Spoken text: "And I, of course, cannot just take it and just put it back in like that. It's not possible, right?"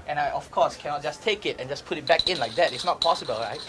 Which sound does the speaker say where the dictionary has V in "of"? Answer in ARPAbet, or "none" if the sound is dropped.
F